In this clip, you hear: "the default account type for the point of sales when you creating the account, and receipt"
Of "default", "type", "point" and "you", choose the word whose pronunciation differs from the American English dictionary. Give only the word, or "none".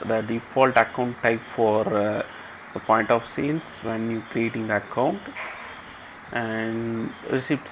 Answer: none